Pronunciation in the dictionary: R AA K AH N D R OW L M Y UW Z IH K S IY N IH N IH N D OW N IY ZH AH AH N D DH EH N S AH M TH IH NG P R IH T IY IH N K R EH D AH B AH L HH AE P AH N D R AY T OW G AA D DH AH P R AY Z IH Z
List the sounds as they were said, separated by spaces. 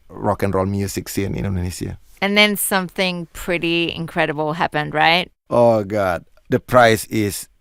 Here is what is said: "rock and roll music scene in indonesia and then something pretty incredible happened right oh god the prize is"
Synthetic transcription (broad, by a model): R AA K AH N R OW L M Y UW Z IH K S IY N IH N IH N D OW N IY S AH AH N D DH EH N S AH M TH IH NG P R IH T IY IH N K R EH D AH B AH L HH AE P AH N D R AY T OW G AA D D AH P R AY S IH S